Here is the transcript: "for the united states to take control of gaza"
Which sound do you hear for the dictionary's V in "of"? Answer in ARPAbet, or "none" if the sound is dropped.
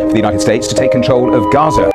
V